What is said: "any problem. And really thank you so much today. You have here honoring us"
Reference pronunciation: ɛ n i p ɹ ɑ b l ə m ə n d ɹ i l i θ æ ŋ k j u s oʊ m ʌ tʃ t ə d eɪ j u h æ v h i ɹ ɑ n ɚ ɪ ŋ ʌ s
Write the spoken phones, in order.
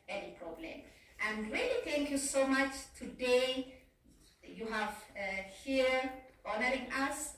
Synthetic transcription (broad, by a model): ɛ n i p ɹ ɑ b l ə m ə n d ɹ i l i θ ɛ ŋ k j u s oʊ m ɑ tʃ t ə d eɪ j u h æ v h i ɹ ɑ n ɚ ɪ ŋ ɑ s